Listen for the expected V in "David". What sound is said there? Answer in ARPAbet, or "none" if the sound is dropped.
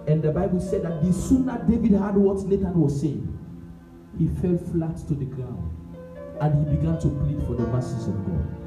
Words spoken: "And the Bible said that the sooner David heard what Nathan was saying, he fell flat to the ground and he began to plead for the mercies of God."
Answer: V